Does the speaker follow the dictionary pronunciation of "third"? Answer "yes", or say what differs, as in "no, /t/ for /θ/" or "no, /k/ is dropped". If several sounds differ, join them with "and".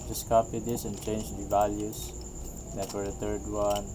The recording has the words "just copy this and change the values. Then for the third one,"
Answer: no, /t/ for /θ/